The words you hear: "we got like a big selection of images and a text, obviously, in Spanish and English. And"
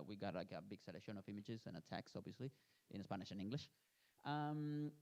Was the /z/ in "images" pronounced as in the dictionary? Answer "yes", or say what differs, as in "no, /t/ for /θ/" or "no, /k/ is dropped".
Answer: yes